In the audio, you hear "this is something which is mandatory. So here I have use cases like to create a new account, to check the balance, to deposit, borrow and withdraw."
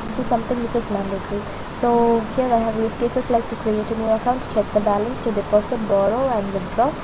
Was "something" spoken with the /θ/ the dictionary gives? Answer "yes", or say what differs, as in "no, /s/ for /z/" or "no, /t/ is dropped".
no, /t/ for /θ/